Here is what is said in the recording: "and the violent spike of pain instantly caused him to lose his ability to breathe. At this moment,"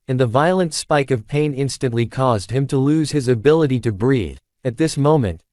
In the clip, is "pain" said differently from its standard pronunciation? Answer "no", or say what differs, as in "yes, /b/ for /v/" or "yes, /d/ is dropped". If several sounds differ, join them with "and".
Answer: no